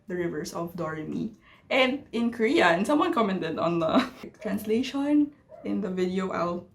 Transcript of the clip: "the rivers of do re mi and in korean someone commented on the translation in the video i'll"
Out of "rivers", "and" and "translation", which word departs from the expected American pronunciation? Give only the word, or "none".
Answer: rivers